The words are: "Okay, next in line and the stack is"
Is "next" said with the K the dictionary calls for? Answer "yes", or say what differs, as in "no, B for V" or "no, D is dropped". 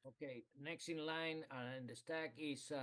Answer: yes